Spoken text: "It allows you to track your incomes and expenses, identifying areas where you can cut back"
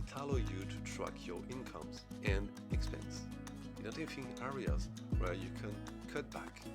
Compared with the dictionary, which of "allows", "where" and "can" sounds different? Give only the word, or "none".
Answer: allows